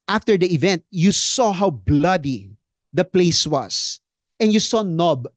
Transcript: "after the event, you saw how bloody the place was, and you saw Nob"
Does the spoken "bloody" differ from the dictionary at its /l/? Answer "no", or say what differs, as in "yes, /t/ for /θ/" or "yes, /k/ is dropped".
no